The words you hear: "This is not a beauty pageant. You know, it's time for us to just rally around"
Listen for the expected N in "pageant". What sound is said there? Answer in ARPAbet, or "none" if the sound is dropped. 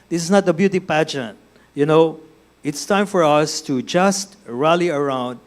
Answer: N